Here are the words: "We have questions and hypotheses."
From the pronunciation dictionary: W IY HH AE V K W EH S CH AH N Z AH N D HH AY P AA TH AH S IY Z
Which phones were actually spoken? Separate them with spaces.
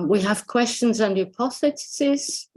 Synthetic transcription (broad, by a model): W IY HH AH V K W EH S CH AH N Z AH N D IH P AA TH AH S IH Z